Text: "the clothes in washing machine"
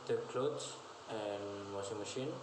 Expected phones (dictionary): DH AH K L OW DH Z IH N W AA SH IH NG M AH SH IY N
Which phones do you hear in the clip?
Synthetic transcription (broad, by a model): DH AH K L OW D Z IH N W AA S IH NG M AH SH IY N